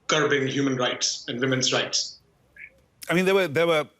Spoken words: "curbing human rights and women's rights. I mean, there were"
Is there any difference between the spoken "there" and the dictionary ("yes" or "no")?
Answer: yes